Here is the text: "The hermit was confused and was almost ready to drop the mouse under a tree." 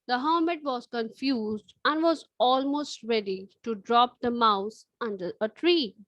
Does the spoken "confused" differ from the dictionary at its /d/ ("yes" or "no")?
no